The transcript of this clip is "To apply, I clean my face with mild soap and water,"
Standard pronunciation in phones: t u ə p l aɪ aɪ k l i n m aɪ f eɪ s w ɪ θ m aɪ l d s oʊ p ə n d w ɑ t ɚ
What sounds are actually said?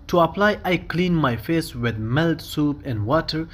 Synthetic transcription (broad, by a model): t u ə p l aɪ aɪ k l i n m aɪ f eɪ s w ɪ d m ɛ l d s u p ə n d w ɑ t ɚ